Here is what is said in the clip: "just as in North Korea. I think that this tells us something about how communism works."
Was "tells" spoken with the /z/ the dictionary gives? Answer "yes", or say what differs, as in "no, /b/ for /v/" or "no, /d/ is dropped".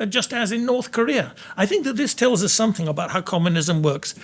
yes